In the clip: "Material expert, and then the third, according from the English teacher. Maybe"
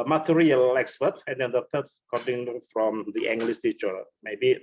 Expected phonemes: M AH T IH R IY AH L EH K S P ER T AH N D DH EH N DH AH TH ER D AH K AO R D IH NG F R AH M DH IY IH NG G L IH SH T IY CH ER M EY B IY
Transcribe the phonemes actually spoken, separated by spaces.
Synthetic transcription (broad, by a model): M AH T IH R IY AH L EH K S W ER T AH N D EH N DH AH T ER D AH K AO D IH NG F R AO M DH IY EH NG G L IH S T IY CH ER M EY B IY